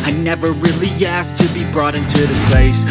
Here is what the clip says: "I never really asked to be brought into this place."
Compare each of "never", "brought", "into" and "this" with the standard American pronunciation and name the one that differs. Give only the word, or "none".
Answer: none